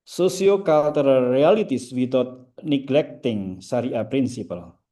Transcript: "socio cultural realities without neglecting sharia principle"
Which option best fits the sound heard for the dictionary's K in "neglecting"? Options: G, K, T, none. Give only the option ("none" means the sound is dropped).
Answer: K